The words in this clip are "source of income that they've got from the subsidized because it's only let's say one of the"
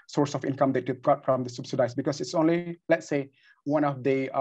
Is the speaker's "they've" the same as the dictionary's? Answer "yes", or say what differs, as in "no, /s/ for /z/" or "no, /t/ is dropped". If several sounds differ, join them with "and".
no, /b/ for /v/